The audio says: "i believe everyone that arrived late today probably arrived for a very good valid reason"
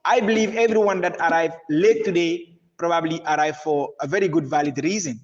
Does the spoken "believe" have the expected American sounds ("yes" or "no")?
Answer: yes